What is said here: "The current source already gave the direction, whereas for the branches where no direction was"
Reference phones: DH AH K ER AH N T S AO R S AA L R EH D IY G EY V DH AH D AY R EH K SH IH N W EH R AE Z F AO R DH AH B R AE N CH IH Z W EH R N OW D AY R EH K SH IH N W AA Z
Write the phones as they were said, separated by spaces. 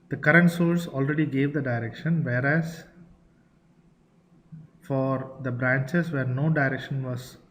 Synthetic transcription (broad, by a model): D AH K ER AH N T S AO L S AA L R EH D IY G EY V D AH D AY R EH K SH IH N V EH R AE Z F AO R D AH B R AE N CH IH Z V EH R N OW D AY R EH K SH IH N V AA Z